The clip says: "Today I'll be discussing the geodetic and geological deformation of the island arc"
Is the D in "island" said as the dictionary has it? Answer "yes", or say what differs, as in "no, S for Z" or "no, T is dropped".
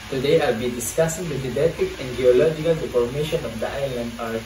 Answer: yes